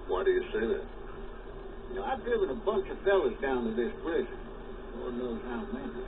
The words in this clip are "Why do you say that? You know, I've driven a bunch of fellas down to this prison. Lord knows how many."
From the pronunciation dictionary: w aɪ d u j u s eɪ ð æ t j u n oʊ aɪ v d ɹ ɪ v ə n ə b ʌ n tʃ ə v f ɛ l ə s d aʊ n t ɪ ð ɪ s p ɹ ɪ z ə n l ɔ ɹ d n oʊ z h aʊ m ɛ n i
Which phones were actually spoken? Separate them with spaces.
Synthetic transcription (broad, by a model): w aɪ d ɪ j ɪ s eɪ ð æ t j n oʊ aɪ v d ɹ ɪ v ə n ə b ʌ n tʃ ə v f ɛ l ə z d aʊ n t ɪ ð ɪ s b ɹ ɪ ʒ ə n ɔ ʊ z h aʊ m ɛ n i